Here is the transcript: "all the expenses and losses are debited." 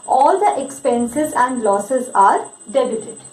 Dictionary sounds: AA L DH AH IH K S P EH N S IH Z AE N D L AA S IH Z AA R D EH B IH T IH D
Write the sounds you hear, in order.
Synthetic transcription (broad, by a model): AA L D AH IH K S P EH N S IH Z AE N D L AA S IH Z AA R D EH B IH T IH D